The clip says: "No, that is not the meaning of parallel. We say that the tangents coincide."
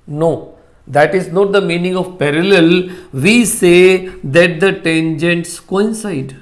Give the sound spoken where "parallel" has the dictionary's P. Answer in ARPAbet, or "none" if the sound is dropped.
P